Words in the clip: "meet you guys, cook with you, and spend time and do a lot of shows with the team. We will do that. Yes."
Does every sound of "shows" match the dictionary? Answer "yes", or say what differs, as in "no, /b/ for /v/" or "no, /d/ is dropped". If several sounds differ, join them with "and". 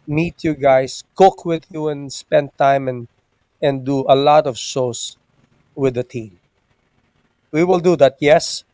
no, /s/ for /z/